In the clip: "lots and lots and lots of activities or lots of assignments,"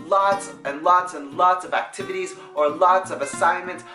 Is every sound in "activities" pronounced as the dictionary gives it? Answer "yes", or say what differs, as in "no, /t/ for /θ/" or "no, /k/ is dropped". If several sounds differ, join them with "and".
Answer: yes